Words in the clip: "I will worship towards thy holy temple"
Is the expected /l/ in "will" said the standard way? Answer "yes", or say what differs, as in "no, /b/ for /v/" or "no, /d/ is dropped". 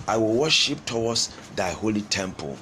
yes